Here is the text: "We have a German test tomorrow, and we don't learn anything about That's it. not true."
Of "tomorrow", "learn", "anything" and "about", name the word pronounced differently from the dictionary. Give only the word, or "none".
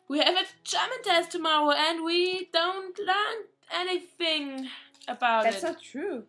none